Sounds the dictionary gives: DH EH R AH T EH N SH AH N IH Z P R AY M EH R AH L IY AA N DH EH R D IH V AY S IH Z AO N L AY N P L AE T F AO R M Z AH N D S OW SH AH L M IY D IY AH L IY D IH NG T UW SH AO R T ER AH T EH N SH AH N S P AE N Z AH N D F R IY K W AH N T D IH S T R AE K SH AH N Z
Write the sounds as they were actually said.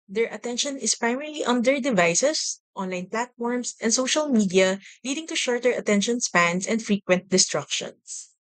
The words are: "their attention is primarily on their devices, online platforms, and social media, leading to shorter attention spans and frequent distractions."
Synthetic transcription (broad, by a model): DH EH R AH T EH N SH AH N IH S P R AY M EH R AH L IY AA N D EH R D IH V AY S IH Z AO N L AY N P L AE T F AO R M S AH N D S OW SH AH L M IY D IY AH L IY D IH NG T UW SH AO R T ER AH T EH N SH AH N S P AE N S AH N D F R IY K W AH N T D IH S T R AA K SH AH N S